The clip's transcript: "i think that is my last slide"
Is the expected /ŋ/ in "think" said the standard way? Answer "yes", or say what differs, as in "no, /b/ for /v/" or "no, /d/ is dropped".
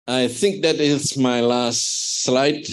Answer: yes